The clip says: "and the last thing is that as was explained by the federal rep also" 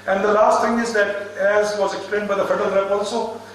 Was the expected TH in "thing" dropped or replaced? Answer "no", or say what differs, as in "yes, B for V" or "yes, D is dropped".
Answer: yes, T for TH